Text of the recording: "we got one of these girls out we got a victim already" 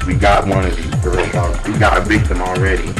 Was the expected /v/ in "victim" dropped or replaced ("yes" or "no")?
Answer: yes